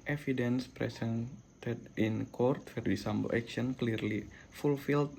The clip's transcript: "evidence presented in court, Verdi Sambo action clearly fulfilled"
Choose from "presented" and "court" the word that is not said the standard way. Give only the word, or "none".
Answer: presented